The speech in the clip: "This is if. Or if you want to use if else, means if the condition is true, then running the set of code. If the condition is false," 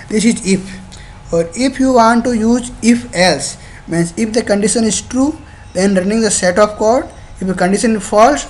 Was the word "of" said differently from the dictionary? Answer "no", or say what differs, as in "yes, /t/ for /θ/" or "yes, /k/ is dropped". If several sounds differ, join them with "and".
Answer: yes, /p/ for /v/